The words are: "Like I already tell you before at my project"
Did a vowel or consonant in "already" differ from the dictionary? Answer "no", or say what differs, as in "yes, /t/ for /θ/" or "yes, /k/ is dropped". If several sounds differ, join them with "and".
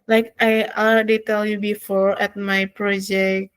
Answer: yes, /ɹ/ is dropped